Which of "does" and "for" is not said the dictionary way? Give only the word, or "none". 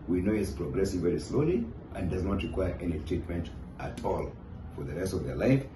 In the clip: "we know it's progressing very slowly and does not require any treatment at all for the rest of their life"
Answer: none